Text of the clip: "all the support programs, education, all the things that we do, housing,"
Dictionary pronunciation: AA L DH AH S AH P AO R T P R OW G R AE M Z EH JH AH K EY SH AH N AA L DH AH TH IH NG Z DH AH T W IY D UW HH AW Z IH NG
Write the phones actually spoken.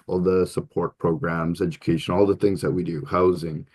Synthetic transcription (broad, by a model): AA L DH AH S AH P AO R T P R OW G R AE M Z EH JH AH K EY SH AH N AA L DH AH TH IH NG Z DH AH T W IY D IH HH AW Z IH NG